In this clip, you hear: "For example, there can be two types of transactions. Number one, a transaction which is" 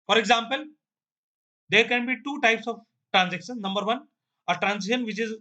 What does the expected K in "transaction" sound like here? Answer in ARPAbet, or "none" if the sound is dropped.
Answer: none